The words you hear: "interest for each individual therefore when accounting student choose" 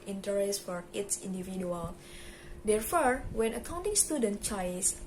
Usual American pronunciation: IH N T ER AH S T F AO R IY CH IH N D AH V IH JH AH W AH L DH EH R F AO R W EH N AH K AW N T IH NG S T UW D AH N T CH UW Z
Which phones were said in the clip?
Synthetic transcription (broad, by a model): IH N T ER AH S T F AO R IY S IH N D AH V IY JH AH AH L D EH R F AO R W EH N AH K AW N T IH NG S T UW D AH N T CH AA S